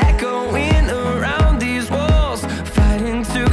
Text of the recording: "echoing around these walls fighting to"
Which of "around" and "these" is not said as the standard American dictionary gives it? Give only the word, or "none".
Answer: none